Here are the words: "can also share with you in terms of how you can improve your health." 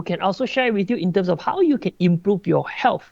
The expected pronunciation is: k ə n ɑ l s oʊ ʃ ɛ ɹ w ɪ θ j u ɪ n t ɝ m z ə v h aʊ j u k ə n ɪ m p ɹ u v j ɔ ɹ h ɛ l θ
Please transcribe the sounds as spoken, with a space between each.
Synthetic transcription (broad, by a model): k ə n ɑ l s oʊ ʃ ɛ ɹ w ɪ θ j u ɪ n t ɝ m s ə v h aʊ j u k ə n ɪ m p ɹ u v j ɔ h ɛ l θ